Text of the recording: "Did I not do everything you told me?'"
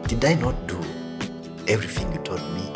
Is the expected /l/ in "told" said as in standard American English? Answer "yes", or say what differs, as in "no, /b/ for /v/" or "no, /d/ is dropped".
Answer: no, /l/ is dropped